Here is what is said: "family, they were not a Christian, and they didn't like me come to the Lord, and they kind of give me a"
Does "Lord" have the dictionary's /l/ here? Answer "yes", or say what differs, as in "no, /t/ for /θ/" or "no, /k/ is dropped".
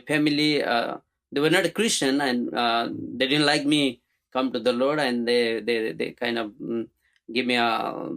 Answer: yes